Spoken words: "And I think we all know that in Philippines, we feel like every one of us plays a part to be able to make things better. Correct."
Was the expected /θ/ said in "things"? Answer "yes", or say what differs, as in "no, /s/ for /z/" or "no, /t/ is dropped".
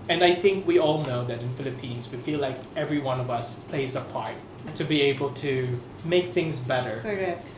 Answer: yes